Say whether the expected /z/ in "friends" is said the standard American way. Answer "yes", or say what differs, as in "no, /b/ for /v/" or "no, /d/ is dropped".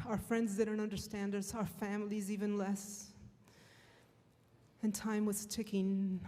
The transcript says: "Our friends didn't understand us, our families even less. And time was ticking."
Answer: yes